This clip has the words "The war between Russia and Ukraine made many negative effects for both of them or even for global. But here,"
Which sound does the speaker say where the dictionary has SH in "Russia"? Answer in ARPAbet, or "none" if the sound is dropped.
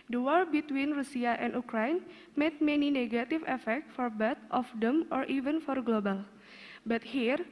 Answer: S